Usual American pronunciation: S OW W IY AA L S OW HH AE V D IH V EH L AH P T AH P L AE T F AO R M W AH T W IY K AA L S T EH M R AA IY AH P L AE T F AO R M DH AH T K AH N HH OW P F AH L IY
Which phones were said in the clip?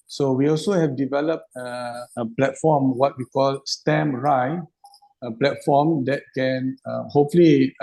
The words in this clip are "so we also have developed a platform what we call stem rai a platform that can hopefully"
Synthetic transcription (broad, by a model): S OW W IY AA L S OW HH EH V D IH V EH L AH P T AH P L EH T F AO M W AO T W IY K AA L S T EH M R AA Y AH P L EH T F AO M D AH T K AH N HH OW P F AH L IY